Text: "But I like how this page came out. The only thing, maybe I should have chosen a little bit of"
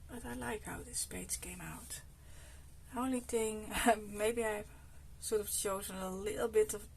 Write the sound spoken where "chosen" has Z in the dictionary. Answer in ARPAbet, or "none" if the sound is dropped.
Z